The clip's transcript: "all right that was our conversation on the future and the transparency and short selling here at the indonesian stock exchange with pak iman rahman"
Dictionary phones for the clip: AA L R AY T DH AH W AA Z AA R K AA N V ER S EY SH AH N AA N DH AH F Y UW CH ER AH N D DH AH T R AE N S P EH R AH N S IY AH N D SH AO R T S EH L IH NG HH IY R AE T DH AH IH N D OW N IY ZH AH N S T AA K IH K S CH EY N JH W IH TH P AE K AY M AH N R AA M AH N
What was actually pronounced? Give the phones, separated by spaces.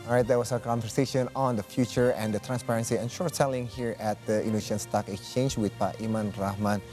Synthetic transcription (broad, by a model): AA R AY T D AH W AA S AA K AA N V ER S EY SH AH N AA N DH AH F Y UW CH ER AH N D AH T R AE N S P EH R AH N S IY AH N SH AO R T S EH L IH NG HH IY R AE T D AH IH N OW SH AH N S T AA K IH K S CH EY N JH W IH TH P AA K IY M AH N R AA M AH N